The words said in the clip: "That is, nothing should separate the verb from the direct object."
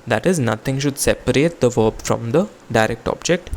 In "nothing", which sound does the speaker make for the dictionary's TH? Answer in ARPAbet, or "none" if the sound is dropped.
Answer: T